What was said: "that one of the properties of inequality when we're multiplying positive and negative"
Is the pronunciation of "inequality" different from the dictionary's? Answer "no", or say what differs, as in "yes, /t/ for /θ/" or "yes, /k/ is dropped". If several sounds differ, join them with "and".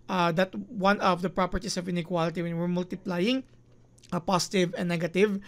no